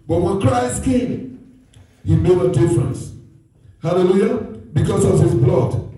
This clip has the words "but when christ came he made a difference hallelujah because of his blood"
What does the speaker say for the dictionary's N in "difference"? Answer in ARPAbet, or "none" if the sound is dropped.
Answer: N